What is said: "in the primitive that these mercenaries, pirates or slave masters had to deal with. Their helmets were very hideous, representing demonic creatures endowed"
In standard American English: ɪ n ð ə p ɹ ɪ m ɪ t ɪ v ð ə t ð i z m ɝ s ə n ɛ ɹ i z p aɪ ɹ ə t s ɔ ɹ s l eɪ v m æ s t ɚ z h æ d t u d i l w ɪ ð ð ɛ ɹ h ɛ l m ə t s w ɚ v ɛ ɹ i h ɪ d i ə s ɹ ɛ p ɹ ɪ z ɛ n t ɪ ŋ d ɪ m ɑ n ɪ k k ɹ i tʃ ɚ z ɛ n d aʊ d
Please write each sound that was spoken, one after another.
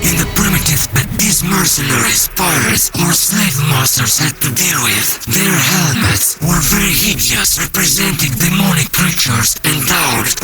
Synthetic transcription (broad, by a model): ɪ n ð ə p ɹ ɪ m ɪ t ɪ v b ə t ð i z m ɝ s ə n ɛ ɹ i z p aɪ ə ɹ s ɔ ɹ s l eɪ v m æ s t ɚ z h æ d t u d i l w ɪ ð ð ɛ ɹ h ɛ l m ə t s w ɚ v ɛ ɹ i h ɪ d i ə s ɹ ɛ p ɹ ɪ z ɛ n t ɪ ŋ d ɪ m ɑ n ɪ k k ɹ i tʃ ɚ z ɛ n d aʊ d